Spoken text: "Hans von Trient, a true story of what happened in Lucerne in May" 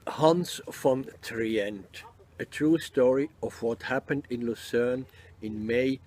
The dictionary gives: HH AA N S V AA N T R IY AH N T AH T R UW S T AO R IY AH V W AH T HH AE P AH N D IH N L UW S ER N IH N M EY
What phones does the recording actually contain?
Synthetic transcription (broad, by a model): HH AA N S F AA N T R IY AH N T AH T R UW S T AO R IY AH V W AH T HH AE P AH N D IH N L UW S ER N IH N M EY